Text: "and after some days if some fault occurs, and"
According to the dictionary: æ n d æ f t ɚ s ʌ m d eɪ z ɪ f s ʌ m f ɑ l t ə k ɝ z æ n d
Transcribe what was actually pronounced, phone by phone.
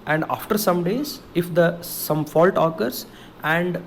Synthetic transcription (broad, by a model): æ n d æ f t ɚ s ʌ m d eɪ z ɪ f s ʌ m f ɑ l t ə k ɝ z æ n d